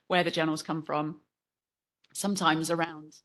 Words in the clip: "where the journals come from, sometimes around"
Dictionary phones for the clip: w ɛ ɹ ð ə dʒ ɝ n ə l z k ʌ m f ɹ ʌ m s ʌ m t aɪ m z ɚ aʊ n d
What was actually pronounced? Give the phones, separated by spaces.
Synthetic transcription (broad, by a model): w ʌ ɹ ð ə dʒ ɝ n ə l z k ʌ m f ɹ ʌ m s ʌ m t aɪ m z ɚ aʊ n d